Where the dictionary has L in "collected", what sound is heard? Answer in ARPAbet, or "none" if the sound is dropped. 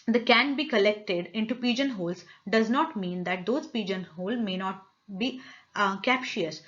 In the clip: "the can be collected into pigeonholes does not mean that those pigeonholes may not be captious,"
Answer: L